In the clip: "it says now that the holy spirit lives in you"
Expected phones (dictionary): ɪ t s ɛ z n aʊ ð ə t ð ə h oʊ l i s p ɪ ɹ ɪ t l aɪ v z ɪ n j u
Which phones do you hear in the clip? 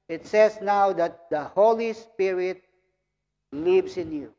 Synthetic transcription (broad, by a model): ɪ t s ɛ s n aʊ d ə t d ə h oʊ l i s p ɪ ɹ ɪ t l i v s ɪ n j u